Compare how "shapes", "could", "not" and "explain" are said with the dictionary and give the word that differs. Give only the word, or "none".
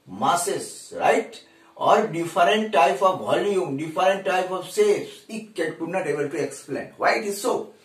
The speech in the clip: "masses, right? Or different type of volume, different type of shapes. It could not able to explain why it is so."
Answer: shapes